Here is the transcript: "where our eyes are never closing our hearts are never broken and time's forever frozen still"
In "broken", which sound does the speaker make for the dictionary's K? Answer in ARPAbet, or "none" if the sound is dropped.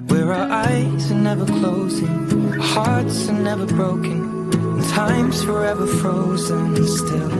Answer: none